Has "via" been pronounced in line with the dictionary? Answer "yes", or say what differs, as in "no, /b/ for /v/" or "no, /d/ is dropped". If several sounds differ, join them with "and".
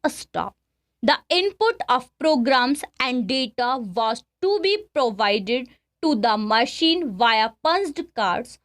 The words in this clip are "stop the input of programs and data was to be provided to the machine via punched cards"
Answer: yes